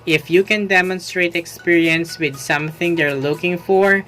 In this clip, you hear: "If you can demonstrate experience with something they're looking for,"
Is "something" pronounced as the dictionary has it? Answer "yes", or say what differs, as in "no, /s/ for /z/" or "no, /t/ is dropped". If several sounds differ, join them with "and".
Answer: yes